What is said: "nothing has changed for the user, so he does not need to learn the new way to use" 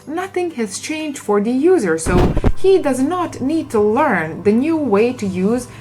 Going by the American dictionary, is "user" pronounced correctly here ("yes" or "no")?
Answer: yes